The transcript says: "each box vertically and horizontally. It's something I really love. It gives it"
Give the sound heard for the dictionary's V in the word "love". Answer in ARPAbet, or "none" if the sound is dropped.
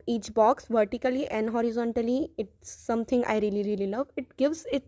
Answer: V